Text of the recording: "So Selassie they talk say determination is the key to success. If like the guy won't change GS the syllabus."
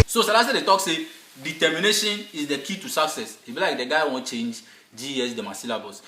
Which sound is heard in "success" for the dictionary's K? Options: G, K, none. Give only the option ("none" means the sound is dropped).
K